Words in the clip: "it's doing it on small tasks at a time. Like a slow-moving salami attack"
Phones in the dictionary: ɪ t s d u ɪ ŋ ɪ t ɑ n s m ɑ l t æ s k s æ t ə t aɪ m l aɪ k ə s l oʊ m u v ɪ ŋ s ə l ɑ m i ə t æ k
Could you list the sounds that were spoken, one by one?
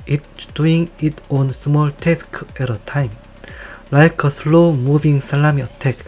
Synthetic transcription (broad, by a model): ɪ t d u ɪ ŋ ɪ t ɑ n s m ɑ l t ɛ s k ɛ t ə t aɪ m l aɪ k ə s l oʊ m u b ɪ ŋ s ə l ɑ m i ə t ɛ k